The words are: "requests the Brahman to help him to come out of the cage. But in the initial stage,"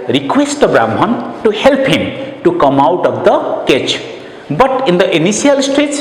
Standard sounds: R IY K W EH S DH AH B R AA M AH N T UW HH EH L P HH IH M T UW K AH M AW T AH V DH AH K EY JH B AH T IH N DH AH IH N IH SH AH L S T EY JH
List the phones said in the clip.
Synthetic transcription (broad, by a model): R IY K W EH S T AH B R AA M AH N T UW HH EH L P HH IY M T UW K AH M AW T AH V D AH K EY CH B AH T IH N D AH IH N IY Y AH L S T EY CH